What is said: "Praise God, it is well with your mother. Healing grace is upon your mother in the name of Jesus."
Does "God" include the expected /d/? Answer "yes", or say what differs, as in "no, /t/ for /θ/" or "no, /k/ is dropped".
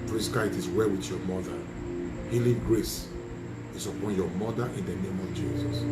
no, /d/ is dropped